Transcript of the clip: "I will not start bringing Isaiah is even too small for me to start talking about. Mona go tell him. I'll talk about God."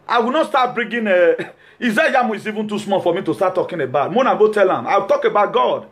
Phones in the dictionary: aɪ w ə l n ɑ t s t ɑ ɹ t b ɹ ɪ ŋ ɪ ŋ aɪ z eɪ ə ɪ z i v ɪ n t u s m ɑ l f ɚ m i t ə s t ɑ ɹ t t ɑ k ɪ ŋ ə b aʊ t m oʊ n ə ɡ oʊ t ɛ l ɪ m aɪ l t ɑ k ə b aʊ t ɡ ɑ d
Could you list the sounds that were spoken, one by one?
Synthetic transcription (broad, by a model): aɪ w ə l n ɑ t s t ɑ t b ɹ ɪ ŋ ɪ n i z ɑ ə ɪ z i v ɪ n t u s m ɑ f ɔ m i t ə s t ɑ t t ɑ k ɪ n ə b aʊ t m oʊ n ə ɡ oʊ t ɛ l ɪ m aɪ w t ɑ k ə b aʊ t ɡ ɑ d